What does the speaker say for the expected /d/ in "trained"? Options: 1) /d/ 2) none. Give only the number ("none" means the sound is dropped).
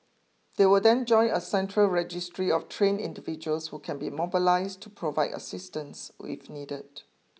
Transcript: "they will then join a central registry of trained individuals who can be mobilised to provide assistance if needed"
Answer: 2